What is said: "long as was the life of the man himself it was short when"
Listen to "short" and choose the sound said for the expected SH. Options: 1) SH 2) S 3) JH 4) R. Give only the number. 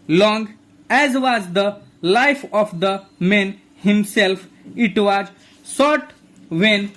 2